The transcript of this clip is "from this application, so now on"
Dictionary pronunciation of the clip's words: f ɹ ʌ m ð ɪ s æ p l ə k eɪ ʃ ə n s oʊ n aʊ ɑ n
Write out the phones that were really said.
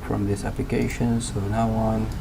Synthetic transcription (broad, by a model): f ɹ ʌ m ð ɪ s æ p l ə k eɪ ʃ ə n s oʊ n aʊ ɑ n